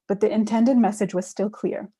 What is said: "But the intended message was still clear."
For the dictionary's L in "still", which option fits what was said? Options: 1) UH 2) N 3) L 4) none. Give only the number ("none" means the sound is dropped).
3